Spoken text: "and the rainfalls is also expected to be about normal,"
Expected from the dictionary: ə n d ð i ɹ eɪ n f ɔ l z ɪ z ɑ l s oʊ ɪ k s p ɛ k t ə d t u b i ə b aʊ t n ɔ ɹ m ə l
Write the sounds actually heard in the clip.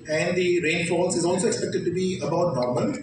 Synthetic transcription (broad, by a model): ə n d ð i ɹ eɪ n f ɔ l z ɪ z ɑ l s oʊ ɪ k s p ɛ k t ə d t u b i ə b aʊ t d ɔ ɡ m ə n